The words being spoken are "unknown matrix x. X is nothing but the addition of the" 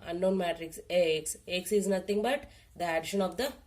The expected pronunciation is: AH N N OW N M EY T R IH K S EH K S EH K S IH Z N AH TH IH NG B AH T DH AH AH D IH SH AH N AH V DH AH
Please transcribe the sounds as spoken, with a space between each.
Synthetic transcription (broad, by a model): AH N N OW N M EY T R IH K S EH K S EH K S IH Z N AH T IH NG B AH T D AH AH D IH SH AH N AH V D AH